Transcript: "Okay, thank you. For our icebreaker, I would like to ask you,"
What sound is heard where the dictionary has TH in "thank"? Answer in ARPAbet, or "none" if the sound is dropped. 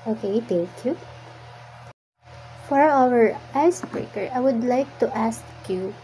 T